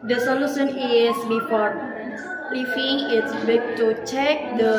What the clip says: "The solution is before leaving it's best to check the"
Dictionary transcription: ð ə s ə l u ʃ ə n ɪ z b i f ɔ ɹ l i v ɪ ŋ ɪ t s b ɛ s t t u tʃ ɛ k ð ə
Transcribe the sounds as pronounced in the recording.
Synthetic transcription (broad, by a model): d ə s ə l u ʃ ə n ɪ s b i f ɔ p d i f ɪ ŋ ɪ t s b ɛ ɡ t t u tʃ ɛ k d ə